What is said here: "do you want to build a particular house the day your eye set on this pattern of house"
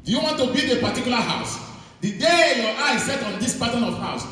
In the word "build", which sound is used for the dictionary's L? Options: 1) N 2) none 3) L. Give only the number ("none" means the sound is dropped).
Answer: 2